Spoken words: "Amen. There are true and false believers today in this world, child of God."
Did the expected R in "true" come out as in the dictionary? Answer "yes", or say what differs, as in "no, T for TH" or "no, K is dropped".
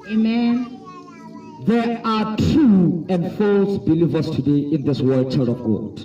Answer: no, R is dropped